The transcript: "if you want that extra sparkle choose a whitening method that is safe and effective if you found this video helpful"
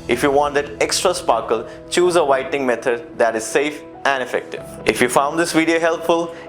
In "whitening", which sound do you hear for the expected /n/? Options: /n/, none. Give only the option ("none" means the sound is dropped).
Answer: none